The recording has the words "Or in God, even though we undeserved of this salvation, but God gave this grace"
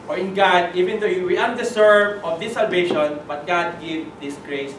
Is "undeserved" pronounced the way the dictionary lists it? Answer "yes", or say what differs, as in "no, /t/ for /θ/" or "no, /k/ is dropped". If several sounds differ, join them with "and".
no, /s/ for /z/ and /d/ is dropped